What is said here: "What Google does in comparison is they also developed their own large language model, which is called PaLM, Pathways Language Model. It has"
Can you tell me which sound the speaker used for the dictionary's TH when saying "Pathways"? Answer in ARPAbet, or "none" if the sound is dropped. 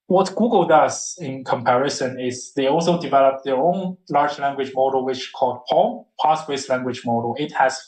S